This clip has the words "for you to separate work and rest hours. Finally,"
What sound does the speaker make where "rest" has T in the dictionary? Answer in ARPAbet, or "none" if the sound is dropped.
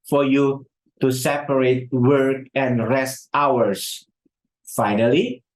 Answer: T